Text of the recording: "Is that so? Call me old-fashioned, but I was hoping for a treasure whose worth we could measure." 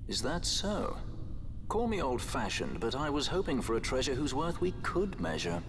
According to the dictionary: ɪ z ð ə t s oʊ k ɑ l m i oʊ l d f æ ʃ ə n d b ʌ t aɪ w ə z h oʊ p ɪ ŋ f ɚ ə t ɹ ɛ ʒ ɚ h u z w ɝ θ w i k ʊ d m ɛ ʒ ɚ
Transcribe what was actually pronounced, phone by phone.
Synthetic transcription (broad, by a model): ɪ z ð ə t s oʊ k ɑ l m i oʊ l d f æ ʃ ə n b ʌ t aɪ w ə z h oʊ p ɪ ŋ f ɚ ə t ɹ ɛ ʒ ɚ h u z w ɝ θ w i k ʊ d m ɛ ʒ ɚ